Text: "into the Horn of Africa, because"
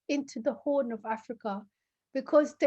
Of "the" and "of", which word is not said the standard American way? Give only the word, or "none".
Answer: none